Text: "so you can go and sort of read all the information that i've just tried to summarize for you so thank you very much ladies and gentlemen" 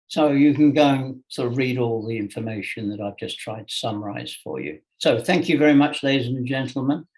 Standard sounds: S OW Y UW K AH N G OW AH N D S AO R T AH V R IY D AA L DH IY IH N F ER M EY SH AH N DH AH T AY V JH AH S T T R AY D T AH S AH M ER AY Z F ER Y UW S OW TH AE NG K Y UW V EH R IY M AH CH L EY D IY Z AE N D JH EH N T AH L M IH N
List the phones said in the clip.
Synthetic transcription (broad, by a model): S OW Y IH K AH N G OW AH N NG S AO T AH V R IY D AA L DH IY IH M F ER M EY SH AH N DH AH T AY V JH AH S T T R AY D T AH S AH M ER AY Z F ER Y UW S OW TH AE NG K Y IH V EH R IY M AH CH L EY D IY Z N JH EH N T L M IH N